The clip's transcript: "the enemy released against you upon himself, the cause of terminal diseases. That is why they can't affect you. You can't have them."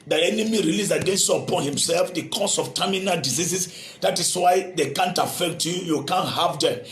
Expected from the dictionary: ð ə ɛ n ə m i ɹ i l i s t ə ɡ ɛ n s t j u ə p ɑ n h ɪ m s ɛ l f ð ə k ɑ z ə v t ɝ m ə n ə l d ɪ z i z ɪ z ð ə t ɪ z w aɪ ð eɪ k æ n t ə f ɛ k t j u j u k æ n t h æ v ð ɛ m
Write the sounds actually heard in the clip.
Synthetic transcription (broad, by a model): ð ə ɛ n ə m i ɹ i l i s ə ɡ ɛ n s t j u ə p ɑ n h ɪ m s ɛ l f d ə k ɑ s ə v t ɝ m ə n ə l d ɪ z i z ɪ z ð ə t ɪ s w aɪ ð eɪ k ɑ n t ə f ɛ k t j u j u k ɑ n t h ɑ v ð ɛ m